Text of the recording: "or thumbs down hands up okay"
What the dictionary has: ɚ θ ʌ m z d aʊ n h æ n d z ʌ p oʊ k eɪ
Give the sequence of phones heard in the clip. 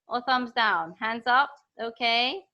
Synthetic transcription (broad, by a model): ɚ θ ʌ m z d aʊ n h æ n d z ʌ p oʊ k eɪ